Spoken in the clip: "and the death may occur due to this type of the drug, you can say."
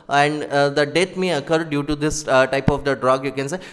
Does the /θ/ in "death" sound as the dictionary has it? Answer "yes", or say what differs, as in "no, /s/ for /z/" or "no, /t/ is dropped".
no, /t/ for /θ/